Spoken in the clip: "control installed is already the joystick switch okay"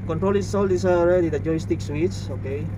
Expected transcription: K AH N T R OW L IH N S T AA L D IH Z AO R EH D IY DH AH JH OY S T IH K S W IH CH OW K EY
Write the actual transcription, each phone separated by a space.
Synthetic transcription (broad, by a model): K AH N T R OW L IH S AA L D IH S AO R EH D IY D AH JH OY S T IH K S W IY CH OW K EY